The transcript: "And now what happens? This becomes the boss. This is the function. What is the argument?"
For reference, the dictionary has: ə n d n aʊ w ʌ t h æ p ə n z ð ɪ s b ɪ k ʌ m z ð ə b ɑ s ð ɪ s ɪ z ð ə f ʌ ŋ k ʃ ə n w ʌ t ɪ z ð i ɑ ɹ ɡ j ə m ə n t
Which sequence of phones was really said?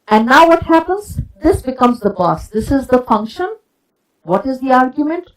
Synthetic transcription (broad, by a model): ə n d n aʊ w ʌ t h æ p ə n z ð ɪ s b ɪ k ʌ m z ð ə b ɑ s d ɪ s ɪ z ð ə f ʌ ŋ k ʃ ə n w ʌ t ɪ z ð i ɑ ɹ ɡ j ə m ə n t